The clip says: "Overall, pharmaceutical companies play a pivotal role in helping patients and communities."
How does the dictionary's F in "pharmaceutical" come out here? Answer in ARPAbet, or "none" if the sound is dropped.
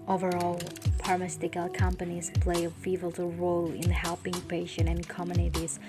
P